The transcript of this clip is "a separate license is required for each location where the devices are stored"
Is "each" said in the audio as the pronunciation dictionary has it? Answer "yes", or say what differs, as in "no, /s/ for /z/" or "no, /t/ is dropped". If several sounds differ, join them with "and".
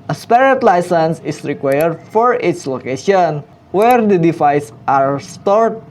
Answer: no, /s/ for /tʃ/